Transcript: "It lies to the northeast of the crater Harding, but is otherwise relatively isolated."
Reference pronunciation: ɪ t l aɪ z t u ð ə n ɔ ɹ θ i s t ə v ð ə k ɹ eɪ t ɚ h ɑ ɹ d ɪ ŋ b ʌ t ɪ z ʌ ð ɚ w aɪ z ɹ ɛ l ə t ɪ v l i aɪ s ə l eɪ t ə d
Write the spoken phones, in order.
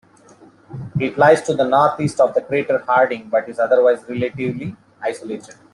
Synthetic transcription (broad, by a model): ɪ t l aɪ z t u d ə n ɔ ɹ t i s t ə v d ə k ɹ eɪ t ɚ h ɑ ɹ d ɪ ŋ b ʌ t ɪ z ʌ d ɚ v aɪ z ɹ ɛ l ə t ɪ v l i aɪ s ə l eɪ t ə d